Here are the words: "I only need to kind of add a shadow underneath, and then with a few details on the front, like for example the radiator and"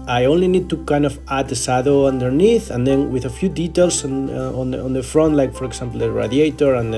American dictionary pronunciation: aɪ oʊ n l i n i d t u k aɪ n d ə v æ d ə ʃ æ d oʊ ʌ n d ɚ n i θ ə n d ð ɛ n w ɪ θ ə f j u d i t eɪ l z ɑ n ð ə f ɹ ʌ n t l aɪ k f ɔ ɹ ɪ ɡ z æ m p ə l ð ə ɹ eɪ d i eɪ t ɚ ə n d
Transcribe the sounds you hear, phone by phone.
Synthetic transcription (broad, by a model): aɪ oʊ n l i n i d t u k aɪ n d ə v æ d ə s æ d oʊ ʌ n d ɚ n i θ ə n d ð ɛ n w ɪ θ ə f j u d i t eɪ l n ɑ n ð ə f ɹ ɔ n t l aɪ k f ɔ ɹ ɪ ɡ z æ m p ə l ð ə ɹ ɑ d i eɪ t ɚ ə n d